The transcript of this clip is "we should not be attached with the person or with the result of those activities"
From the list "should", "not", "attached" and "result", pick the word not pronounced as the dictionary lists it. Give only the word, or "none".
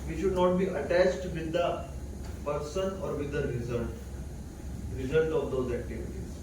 none